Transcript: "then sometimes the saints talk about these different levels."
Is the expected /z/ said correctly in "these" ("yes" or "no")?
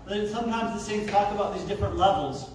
yes